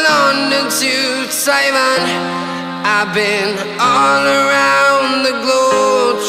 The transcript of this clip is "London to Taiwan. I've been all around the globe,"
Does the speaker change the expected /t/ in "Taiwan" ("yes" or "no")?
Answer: yes